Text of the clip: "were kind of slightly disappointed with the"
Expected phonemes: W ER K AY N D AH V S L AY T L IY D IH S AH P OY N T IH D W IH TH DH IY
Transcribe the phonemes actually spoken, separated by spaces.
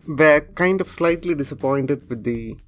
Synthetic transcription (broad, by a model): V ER K AY N D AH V S L AY T L IY D IH S AH P OY N T IH D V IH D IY